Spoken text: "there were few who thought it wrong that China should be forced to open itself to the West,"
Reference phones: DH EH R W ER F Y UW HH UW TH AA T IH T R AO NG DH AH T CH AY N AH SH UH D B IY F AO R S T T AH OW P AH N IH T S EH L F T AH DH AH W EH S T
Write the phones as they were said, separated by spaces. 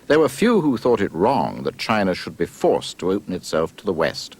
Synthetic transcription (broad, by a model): DH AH R W ER F Y UW HH UW TH AA T IH T R AO NG DH AH T CH AY N AH SH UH D B IY F AO R S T T AH OW P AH N IH T S EH L F T AH DH AH W EH S T